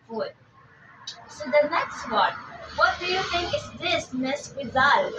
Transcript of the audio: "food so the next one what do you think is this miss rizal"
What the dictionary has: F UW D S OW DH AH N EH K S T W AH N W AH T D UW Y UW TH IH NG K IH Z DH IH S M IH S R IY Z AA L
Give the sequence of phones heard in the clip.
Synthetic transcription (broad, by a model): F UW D S OW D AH N EH K S T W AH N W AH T D UW Y UW T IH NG K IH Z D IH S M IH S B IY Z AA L